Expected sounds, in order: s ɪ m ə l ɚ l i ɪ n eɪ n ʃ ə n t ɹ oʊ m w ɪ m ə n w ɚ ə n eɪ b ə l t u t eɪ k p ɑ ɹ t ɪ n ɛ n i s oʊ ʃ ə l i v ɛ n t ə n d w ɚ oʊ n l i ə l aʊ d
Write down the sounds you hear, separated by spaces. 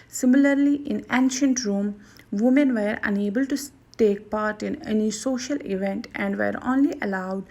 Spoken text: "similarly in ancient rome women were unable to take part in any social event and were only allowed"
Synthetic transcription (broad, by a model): s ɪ m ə l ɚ l i ɪ n eɪ n ʃ ə n t ɹ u m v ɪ m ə n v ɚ ə n eɪ b ə l t u t eɪ k p ɑ ɹ t ɪ n ɛ n i s oʊ ʃ ə l i v ɛ n t ə n d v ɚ oʊ n l i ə l aʊ d